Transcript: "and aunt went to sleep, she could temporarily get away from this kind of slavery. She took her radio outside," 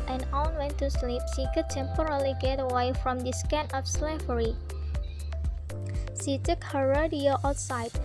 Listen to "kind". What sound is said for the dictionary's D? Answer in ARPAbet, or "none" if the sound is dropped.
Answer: none